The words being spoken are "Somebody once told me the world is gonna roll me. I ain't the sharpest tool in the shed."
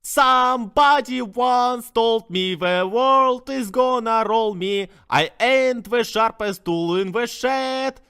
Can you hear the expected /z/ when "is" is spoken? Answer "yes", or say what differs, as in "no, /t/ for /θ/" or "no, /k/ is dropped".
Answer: yes